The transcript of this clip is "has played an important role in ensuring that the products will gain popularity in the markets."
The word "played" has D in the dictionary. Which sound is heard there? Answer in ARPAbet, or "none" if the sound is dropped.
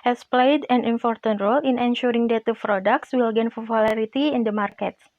D